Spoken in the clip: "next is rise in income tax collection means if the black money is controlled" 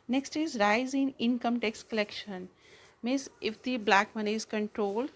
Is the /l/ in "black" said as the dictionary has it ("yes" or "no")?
yes